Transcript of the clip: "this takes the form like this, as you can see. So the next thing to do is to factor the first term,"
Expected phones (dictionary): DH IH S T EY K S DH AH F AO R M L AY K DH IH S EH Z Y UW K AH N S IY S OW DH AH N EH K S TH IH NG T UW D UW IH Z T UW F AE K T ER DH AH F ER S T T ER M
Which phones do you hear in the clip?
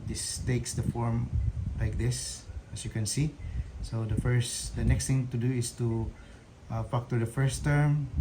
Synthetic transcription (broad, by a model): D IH S T EY K S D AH F AO R M L AY K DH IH S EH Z Y UW K AH N S IY S OW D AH N EH K S T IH NG T UW D UW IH S T UW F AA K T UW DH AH F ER S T T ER M